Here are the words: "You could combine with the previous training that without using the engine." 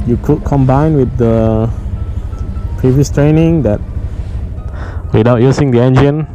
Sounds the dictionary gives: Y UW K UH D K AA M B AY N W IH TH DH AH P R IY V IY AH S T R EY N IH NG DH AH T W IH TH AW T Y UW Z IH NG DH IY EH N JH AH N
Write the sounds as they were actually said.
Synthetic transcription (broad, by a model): Y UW K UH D K AA M B AY N W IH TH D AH P R IY V IY AH S T R EY N IH NG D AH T W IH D AW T Y UW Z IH NG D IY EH N JH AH N